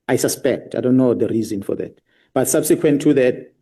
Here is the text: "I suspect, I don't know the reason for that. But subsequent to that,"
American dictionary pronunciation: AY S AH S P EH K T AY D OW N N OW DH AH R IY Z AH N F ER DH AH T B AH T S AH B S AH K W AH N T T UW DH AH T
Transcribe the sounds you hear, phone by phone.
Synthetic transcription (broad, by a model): AY S AH S P EH K T AY D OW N N OW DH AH R IY Z AH N F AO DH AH T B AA T S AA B S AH K W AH N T T UW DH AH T